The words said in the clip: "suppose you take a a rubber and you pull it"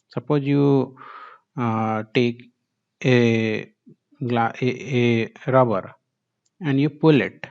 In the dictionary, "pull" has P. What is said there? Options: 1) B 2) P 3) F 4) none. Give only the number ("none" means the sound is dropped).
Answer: 2